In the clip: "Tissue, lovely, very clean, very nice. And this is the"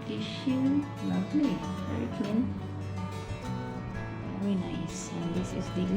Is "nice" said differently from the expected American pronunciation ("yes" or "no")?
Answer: no